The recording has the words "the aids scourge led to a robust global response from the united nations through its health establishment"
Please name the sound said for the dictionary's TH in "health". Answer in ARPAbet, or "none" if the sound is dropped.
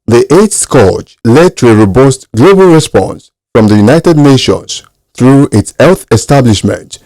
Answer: TH